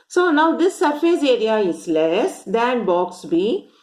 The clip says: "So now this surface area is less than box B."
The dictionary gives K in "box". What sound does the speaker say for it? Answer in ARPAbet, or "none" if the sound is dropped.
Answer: K